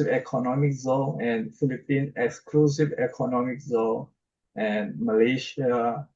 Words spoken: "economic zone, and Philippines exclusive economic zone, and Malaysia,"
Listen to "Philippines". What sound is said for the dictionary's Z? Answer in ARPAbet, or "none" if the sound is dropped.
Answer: none